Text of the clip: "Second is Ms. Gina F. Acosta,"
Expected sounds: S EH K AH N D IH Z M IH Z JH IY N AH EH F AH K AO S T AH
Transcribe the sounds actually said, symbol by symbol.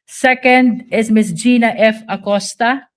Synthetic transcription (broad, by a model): S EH K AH N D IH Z M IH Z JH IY N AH EH F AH K AO S T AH